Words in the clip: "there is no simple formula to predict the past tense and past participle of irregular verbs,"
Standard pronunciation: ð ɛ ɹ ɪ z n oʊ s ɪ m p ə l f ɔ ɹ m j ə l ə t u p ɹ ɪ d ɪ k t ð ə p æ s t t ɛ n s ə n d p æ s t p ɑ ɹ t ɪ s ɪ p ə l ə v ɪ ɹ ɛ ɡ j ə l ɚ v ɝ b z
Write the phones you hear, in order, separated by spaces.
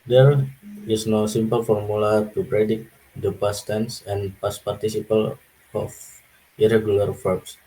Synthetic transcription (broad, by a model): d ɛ ɹ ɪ s n oʊ s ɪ m p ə l f ɔ ɹ m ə l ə t u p ɹ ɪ d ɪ t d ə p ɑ s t t ɛ n s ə n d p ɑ s p ɑ ɹ t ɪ s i p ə l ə f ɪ ɹ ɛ ɡ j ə l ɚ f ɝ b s